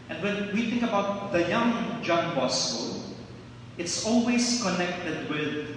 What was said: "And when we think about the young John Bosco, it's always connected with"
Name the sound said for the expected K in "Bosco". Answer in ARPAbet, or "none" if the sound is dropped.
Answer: none